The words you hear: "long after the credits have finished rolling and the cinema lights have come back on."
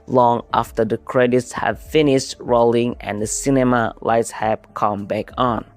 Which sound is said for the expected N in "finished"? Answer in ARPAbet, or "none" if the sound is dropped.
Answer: N